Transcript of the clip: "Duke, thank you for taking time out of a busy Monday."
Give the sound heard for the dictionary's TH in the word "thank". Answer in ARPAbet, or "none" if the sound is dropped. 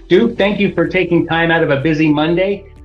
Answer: TH